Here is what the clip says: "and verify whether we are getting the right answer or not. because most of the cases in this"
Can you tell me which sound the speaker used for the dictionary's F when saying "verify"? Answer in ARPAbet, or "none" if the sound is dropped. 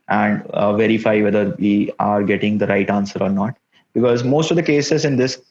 F